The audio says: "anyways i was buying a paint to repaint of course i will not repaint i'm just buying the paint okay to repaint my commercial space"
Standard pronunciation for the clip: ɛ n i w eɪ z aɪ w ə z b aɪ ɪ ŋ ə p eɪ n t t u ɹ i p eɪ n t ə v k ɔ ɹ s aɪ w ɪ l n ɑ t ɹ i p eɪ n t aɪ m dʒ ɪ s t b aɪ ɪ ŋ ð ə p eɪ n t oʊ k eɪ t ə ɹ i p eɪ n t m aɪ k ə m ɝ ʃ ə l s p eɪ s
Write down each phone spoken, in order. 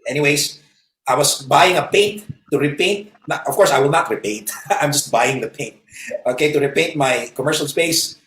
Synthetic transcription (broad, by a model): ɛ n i w eɪ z aɪ w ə s b aɪ ɪ ŋ ə p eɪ n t t u ɹ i p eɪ n t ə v k ɔ ɹ s aɪ w ɪ l n ɑ t ɹ i p eɪ n t aɪ m dʒ ɪ s t b aɪ ɪ ŋ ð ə p eɪ n t oʊ k eɪ t ə ɹ i p eɪ n t m aɪ k ə m ɝ ʃ ə l s p eɪ s